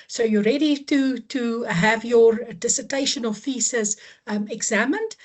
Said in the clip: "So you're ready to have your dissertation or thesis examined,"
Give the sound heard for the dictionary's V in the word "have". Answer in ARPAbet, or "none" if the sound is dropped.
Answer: V